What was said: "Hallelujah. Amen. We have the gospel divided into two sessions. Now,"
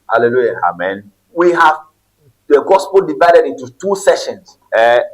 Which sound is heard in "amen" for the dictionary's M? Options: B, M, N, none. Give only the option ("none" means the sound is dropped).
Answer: M